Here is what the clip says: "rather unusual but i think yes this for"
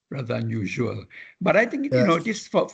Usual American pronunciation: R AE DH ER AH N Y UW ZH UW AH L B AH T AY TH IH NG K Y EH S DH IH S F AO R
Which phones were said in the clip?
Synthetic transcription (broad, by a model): R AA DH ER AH N Y UW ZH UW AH L B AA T AY T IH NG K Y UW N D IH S F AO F